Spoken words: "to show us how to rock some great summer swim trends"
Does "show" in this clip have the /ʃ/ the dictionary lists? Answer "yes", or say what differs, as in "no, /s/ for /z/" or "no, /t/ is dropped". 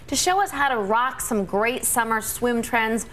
yes